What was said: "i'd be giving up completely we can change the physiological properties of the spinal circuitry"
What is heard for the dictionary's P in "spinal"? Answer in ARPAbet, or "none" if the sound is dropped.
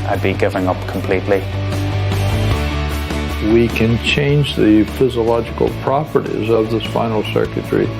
F